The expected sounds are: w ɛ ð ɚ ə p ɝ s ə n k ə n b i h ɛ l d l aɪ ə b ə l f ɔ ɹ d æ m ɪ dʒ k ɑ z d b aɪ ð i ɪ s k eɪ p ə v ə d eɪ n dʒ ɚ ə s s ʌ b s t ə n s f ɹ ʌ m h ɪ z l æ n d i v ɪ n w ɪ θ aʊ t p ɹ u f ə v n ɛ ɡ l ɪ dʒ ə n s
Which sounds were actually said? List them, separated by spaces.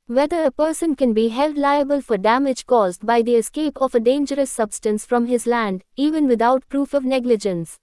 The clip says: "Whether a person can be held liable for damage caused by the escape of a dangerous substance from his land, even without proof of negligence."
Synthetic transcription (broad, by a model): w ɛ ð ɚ ə p ɝ s ə n k ə n b i h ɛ l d l aɪ ə b ə l f ɔ ɹ d æ m ɪ dʒ k ɑ z d b aɪ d i ɪ s k eɪ p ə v ə d eɪ n dʒ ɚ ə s s ʌ b s t ə n s f ɹ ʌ m h ɪ z l æ n d i v ɪ n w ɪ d aʊ t p ɹ u f ə v n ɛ ɡ l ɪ dʒ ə n s